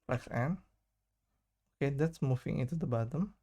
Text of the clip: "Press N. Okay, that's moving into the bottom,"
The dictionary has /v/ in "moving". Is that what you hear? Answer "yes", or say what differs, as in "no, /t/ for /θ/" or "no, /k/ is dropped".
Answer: no, /f/ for /v/